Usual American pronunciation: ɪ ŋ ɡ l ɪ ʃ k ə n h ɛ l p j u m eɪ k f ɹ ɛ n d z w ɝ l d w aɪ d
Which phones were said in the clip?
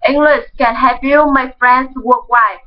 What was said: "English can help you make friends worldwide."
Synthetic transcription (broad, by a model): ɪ ŋ ɡ l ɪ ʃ k ə n h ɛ p j u m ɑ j f ɹ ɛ n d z w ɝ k w aɪ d